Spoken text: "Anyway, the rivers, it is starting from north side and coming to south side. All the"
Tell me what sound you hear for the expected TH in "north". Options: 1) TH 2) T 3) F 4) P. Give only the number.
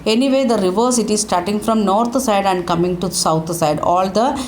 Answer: 2